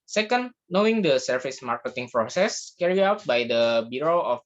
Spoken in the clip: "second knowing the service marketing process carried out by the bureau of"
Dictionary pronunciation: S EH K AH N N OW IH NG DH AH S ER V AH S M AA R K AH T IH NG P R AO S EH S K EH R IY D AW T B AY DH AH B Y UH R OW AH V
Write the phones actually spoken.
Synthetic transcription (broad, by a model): S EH K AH N N OW IH NG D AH S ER F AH S M AA R K AH T IH NG P R AO S EH S K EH R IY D AW T B AY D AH B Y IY R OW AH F